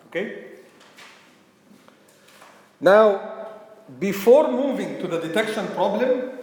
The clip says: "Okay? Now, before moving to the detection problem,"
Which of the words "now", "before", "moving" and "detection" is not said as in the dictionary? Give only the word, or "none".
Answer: none